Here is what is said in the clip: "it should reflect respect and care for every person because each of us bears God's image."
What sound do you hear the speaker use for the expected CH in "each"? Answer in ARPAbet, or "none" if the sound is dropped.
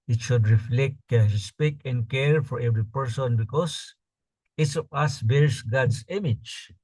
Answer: S